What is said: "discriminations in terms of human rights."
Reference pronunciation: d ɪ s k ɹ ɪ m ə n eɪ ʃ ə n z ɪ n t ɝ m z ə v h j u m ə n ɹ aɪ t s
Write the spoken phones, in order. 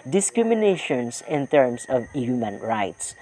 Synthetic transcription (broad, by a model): d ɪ s k ɹ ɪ m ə n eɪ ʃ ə n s ɪ n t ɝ m s ə v h j u m ə n ɹ aɪ t s